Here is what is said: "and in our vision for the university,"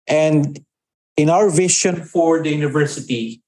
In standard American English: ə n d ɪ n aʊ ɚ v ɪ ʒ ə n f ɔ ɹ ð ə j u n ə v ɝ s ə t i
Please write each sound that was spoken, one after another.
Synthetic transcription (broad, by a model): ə n d ɪ n aʊ ɚ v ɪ ʃ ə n f ɔ ɹ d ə j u n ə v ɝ s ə t i